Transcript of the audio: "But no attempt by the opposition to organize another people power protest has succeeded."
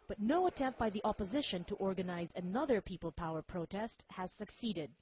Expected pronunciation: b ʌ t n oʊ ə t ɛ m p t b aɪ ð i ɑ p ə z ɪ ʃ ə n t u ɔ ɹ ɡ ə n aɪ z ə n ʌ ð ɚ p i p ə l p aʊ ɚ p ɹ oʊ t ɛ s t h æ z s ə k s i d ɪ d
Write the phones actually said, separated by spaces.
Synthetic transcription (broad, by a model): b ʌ t n oʊ ə t ɛ m p t b aɪ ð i ɑ p ə z ɪ ʃ ə n t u ɔ ɹ ɡ ə n aɪ z ə n ʌ ð ɚ p i p ə l p aʊ ɚ p ɹ oʊ t ɛ s t h æ z s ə k s i d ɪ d